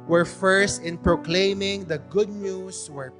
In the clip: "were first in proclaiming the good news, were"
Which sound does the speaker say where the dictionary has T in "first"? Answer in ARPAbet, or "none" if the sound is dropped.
T